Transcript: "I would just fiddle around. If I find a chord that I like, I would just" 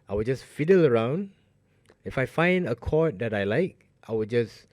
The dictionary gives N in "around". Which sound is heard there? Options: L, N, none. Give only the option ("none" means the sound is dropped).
N